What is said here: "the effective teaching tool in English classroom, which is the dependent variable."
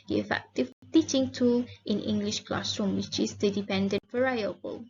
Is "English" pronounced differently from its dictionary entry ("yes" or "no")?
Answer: no